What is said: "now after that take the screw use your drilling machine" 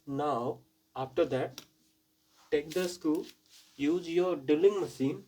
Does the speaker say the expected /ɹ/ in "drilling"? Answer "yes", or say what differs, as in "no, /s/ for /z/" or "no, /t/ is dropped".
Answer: no, /ɹ/ is dropped